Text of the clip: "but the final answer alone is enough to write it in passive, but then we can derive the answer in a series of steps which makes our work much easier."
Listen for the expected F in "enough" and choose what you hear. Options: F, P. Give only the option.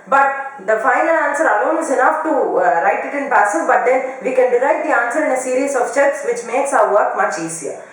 F